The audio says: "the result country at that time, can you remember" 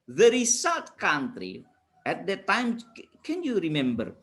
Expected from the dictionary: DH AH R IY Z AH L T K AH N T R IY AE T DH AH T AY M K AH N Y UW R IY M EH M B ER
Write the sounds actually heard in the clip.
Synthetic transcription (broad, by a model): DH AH R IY S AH T K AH N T R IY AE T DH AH T AY M K AH N Y UW R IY M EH M B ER